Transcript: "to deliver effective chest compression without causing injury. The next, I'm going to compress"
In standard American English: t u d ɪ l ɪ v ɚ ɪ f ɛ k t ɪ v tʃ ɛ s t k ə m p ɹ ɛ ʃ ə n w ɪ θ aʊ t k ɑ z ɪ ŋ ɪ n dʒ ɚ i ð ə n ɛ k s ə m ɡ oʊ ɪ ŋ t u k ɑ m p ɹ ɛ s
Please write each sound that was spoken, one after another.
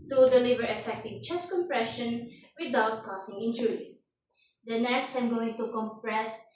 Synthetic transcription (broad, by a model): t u d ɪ l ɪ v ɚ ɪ f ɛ k t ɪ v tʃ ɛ s k ə m p ɹ ɛ ʃ ə n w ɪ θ aʊ t k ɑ s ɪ ŋ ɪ n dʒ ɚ i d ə n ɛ s ə m ɡ oʊ ɪ ŋ t u k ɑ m p ɹ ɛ s